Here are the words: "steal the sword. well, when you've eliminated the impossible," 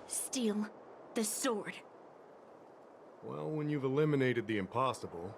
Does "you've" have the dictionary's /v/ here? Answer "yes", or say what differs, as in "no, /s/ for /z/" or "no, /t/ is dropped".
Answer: yes